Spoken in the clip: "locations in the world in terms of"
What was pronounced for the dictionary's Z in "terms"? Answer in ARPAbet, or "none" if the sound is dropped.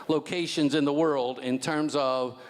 Z